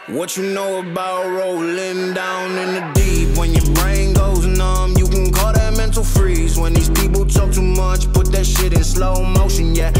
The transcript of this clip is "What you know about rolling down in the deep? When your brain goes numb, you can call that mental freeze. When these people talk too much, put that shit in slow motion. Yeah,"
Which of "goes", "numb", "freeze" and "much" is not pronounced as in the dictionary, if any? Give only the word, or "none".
none